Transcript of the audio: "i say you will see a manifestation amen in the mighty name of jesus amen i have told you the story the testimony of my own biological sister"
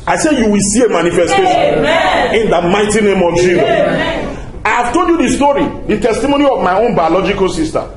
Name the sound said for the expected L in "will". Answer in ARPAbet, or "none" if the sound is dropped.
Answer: L